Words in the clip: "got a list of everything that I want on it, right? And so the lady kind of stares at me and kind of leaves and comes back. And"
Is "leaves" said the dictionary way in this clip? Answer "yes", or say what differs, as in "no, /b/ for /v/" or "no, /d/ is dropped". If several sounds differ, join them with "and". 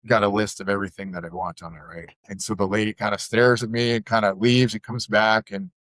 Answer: yes